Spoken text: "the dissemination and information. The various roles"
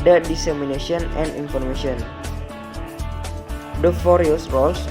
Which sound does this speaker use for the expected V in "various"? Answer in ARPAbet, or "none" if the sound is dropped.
F